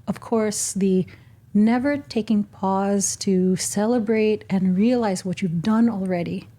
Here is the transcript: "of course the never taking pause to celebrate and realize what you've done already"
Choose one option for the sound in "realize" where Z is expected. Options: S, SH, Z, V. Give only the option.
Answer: Z